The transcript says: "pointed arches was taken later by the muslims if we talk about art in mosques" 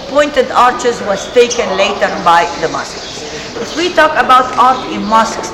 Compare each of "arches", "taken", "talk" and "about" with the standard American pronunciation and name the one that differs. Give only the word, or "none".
none